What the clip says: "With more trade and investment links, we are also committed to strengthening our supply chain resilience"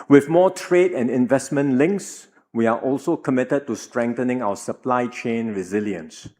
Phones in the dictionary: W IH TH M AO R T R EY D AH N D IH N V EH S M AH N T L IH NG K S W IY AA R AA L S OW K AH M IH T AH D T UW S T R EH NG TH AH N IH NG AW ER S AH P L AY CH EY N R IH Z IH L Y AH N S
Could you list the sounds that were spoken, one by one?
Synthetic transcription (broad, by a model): W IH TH M AO T R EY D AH N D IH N V EH S M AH N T L IH NG K S W IY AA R AA L S OW K AH M IH T AH D T UW S T R EH NG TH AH N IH NG AW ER S AH P L AY CH EY N R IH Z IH L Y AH N S